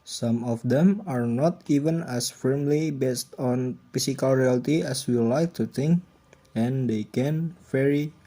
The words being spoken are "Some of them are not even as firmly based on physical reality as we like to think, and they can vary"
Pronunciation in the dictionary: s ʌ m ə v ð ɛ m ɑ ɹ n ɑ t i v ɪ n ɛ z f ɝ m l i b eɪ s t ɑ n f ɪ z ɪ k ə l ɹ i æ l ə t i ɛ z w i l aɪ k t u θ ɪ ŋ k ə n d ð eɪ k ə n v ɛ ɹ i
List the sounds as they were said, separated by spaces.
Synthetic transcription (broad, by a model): s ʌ m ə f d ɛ m ɑ ɹ n ɑ t i v ɪ n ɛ s f ɝ m l i b eɪ s t ɑ n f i s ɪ k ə l ɹ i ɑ l t i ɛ s w i l aɪ k t u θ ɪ ŋ k ə n d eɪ k ə n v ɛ ɹ i